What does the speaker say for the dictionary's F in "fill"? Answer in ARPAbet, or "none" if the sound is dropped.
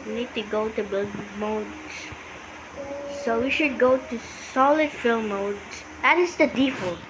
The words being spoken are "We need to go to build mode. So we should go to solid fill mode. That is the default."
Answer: F